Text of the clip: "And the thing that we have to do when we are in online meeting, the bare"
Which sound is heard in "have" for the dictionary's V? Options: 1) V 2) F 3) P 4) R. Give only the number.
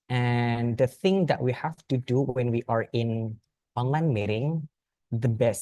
2